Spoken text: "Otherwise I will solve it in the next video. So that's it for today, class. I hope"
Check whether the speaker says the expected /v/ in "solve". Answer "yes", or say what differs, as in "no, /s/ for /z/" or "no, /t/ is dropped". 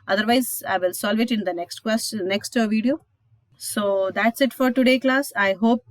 yes